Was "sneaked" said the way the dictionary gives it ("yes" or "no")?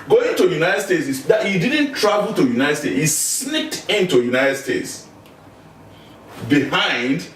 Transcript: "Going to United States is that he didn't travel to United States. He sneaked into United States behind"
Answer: no